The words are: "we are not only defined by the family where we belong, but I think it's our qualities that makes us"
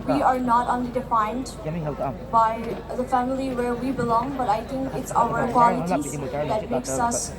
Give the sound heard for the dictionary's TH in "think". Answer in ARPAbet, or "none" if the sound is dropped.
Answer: T